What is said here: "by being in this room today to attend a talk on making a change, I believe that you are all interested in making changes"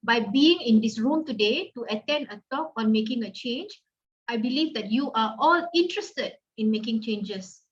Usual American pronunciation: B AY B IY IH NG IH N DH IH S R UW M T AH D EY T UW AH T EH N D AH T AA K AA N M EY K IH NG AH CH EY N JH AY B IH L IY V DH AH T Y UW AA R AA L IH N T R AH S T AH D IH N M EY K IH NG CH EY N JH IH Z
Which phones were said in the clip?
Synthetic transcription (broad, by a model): B AY B IY IH NG IH N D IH S R UW M T AH D EY T UW AH T EH N D AH T AA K AA N M EY K IH NG AH CH EY N JH AY B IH L IY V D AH T Y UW AA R AA L IH N T R AH S T AH D IH N M EY K IH NG CH EY N JH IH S